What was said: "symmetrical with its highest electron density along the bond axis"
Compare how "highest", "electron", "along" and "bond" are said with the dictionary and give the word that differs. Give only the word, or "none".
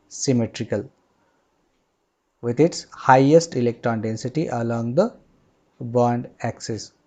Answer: none